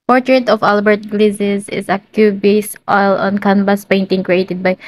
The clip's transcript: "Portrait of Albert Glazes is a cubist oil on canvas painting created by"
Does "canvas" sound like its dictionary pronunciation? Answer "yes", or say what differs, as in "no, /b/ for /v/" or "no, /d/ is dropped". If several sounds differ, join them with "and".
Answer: no, /b/ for /v/